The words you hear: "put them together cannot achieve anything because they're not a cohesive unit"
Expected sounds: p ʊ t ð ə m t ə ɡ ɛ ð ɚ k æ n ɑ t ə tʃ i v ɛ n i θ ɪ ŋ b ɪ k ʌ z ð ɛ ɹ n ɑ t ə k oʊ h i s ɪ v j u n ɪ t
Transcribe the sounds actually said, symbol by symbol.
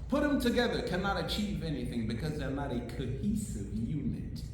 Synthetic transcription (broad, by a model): p ʊ t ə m t ə ɡ ɛ ð ɚ k æ n ɑ t ə tʃ i v ɛ n i θ ɪ ŋ b ɪ k ʌ z ð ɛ ɹ n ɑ t ə k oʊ h i s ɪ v j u n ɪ t